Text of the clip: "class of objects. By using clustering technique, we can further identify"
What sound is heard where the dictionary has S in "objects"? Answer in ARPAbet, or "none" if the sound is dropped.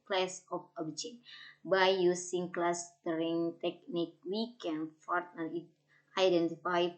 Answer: none